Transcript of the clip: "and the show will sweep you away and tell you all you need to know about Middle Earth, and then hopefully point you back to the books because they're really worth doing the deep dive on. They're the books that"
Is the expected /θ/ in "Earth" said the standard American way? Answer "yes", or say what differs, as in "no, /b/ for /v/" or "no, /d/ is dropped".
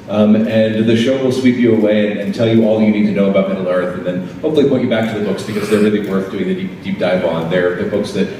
yes